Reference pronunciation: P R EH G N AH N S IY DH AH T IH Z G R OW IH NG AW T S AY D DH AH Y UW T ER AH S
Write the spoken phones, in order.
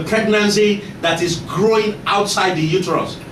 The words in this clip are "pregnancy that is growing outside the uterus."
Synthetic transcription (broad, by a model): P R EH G N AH N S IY DH AH T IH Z G R OW IH NG AW T S AY D DH AH Y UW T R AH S